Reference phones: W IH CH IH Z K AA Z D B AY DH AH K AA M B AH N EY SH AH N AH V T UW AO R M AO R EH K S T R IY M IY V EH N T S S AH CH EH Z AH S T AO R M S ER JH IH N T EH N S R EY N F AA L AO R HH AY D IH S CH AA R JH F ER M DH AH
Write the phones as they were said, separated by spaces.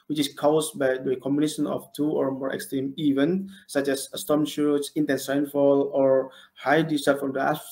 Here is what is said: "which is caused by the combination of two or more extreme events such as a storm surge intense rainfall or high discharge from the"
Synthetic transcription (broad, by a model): W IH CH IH S K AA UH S B AY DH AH K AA M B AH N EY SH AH N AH F T UW AO R M AO R EH K S T R IY M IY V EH N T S S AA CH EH S AH S T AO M SH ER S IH N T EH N S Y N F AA L AO R HH AY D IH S AA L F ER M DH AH